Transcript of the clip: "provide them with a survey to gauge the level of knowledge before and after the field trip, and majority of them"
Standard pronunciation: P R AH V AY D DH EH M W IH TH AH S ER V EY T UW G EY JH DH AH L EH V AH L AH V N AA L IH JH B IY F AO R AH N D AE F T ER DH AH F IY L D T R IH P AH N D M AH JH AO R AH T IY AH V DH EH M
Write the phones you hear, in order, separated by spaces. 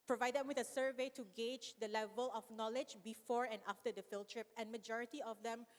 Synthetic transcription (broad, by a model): P R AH V AY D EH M W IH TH AH S ER V EY T UW G EY JH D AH L EH V AH L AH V N AA L IH JH B IY F AO R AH N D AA F T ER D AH F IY L T R IH P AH N M AH JH AO R AH T IY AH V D EH M